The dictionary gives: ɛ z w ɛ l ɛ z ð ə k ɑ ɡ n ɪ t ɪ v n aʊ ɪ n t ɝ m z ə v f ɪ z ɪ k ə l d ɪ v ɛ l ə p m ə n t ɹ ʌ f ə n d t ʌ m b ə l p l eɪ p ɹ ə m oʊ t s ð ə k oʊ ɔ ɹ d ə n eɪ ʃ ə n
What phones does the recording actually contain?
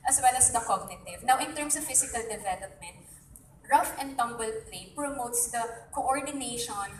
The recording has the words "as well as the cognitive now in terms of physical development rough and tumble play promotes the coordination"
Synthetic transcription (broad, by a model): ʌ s w ɛ l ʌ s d ə k ɑ ɡ n ɪ t ɪ v n aʊ ɪ n t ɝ m s ə v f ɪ s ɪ k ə l d ɪ v ɛ l ə p m ə n t ɹ ʌ f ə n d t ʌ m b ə l p l eɪ p ɹ ə m oʊ t s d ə k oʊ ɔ ɹ d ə n eɪ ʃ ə n